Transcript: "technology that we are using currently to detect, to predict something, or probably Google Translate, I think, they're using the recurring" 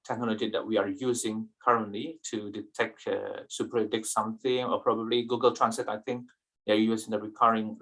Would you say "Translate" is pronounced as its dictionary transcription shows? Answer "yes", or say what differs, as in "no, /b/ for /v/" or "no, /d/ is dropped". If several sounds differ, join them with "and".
no, /l/ is dropped